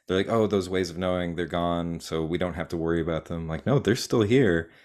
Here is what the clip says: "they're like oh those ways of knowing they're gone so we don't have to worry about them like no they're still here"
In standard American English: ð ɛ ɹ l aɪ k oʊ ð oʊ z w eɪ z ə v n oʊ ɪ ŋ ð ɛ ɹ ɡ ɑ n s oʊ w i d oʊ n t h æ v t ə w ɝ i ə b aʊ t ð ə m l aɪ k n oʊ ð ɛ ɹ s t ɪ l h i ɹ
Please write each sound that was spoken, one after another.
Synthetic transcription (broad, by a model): ð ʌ ɹ l aɪ k oʊ ð oʊ z w eɪ z ə v n oʊ ɪ ŋ ð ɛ ɹ ɡ ɑ n s oʊ w i d oʊ n t h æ f t ə w ɝ i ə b aʊ t ð ə m l aɪ k n oʊ ð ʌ ɹ s t ɪ l h i ɹ